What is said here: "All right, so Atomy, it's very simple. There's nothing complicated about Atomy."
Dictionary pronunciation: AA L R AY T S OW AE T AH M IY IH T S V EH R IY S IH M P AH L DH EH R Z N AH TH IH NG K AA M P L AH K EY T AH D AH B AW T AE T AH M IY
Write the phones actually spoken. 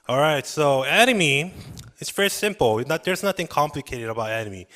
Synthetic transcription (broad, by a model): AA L R AY T S OW AE T AH M IY IH T S V EH R IY S IH M P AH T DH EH R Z N AH TH IH NG K AA M P L AH K EY T AH D AH B AW T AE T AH M IY